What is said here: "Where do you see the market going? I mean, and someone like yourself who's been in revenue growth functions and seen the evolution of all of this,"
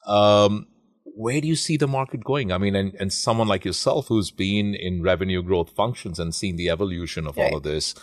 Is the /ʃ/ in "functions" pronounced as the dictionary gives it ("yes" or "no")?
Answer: yes